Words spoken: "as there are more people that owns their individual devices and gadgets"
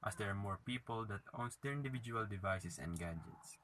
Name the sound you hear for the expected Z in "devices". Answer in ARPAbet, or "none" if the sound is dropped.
S